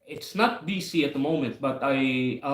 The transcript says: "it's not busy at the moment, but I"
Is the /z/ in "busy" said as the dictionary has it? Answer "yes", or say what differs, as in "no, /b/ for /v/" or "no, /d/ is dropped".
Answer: no, /s/ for /z/